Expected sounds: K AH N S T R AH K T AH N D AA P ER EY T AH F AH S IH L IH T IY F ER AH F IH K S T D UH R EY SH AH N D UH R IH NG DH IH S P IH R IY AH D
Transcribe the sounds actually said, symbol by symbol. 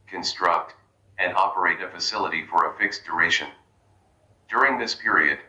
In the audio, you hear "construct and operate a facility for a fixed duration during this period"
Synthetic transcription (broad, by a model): K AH N S T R AH K T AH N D AA P ER EY T AH F AH S IH L IH T IY F ER AH F IH K S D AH R EY SH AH N D UH R IH NG DH IH S P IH R IY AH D